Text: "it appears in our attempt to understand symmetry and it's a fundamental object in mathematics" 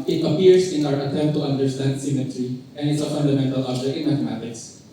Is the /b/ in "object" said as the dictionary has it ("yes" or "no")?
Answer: no